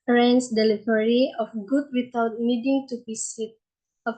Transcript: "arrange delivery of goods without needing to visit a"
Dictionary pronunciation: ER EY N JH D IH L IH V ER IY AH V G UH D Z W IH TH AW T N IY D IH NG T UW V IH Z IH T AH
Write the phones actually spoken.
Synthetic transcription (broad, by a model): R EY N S D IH L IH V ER IY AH F G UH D W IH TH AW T N IY D IH NG T UW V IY S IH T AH